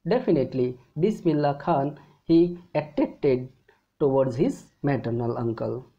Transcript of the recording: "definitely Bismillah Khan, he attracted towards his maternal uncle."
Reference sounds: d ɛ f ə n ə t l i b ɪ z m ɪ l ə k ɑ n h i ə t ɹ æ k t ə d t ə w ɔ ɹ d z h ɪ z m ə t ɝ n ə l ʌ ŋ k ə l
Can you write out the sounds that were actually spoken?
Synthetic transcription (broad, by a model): d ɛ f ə n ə t l i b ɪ s m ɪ l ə k ɑ n h i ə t ɛ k t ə d t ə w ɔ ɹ d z h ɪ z m ə t ɝ n ə l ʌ ŋ k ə l